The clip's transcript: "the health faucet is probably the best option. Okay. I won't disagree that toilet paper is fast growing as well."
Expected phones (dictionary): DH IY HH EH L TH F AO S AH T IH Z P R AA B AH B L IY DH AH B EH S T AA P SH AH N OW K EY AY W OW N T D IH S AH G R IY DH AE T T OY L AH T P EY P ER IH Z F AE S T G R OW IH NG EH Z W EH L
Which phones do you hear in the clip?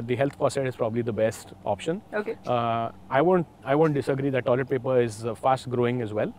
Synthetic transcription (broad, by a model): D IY HH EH L T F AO S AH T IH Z P R AA B AH B L IY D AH B EH S T AA P SH AH N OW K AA AY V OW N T D IH S AH G R IY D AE T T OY L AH T P EY P ER IH Z F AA S T G R OW IH NG EH Z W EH L